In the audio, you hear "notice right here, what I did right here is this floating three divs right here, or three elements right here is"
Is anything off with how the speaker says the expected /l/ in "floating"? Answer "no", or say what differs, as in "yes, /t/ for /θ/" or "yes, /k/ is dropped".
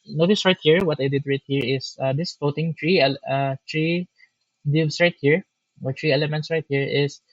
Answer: yes, /l/ is dropped